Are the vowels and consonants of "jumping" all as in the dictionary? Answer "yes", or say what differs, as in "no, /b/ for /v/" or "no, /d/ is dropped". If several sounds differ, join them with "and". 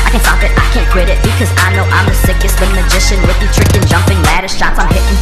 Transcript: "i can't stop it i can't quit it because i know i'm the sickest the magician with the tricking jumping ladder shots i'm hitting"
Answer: yes